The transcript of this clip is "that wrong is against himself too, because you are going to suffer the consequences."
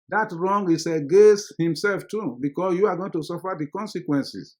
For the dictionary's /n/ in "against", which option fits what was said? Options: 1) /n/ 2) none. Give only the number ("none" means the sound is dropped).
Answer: 2